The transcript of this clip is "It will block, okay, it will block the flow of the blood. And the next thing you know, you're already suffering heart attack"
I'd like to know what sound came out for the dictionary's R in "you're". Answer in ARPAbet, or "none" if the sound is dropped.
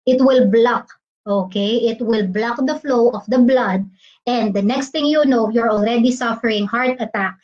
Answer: R